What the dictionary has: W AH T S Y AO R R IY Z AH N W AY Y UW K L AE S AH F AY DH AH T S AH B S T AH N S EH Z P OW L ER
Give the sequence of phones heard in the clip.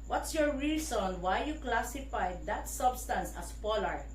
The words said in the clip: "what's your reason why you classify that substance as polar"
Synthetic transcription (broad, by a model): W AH T S Y AO R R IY S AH N W AY Y UW K L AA S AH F AY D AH T S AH B S T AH N S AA S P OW L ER